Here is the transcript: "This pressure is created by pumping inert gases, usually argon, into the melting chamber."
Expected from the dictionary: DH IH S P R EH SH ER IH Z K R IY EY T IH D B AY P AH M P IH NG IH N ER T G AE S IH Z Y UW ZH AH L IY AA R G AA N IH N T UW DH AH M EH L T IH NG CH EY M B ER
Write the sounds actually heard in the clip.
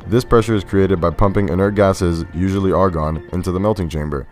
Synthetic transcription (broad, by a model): DH IH S P R EH SH ER IH Z K R IY EY T IH D B AY P AH M P IH NG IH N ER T G AE S IH Z Y UW ZH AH L IY AA R G AA N IH N T UW DH AH M EH L T IH NG CH EY M B ER